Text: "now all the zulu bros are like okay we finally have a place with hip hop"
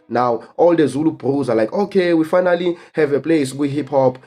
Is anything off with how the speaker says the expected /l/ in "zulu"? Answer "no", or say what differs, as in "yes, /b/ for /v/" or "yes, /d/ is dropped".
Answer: no